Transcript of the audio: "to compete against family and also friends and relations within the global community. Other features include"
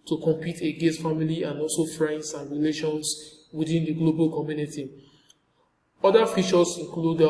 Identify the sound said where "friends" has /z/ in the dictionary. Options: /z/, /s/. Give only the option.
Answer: /s/